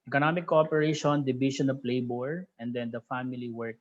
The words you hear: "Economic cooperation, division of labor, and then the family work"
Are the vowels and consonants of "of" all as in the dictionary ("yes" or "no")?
no